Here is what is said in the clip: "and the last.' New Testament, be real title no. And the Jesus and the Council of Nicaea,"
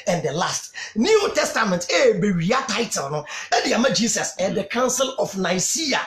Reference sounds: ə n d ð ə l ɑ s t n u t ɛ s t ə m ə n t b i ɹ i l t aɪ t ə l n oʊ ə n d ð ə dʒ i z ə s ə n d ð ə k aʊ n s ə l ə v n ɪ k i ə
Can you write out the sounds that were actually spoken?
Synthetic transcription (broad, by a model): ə n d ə l ɑ s t n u t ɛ s t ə m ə n t b i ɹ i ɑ t aɪ t ə l n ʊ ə d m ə dʒ i s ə s ə n d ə k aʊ n s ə l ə f n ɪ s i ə